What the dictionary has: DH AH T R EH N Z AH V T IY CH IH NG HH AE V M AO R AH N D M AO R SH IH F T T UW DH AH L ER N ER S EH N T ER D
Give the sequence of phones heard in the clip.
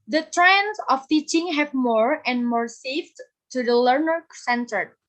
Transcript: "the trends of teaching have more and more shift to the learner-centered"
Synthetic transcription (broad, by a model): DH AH T R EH N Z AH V T IY CH IH NG HH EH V M AO R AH N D M AO R S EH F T T UW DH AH L ER N ER S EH N T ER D